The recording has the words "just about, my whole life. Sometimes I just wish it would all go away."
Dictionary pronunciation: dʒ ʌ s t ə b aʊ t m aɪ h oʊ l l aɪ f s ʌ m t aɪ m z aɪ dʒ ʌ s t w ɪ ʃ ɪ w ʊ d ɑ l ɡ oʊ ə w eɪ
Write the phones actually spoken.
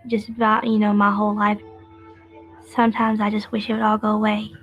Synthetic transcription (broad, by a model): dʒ ʌ s t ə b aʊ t m aɪ h oʊ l l aɪ f s ʌ m t aɪ m z aɪ dʒ ʌ s t w ɪ ʃ ɪ w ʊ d ɑ l ɡ oʊ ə w eɪ